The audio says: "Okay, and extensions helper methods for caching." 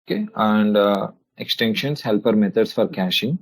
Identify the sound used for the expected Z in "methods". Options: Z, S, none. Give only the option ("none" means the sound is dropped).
S